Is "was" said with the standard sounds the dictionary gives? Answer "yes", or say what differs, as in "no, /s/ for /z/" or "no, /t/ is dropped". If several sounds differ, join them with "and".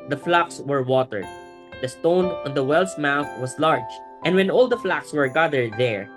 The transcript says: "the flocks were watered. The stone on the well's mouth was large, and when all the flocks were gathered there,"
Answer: no, /s/ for /z/